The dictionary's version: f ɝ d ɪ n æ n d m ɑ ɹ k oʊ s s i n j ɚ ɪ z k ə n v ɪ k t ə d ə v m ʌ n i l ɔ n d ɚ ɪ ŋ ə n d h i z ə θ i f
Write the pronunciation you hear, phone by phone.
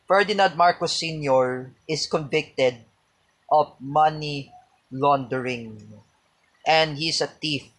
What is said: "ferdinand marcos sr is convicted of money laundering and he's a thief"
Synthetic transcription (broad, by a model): f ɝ d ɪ n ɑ n d m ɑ ɹ k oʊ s s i n j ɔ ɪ s k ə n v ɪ k t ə d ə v m ʌ n i l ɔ n d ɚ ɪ ŋ ə n d h i s ə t i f